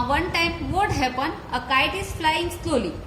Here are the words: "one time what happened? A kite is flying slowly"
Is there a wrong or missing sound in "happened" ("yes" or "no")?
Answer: yes